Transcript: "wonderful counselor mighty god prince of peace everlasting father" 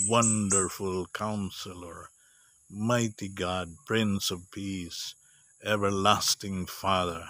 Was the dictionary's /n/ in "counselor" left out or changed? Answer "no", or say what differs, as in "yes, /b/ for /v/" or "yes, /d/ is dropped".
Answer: no